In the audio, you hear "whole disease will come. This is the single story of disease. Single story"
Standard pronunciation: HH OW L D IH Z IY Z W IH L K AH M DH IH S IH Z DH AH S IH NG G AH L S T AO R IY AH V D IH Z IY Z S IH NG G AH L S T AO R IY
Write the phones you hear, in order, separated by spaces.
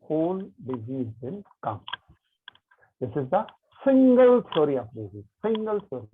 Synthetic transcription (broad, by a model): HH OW L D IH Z IY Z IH N K AH M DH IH S IH Z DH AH S IH NG G AH L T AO R IY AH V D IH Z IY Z S IH NG G AH L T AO R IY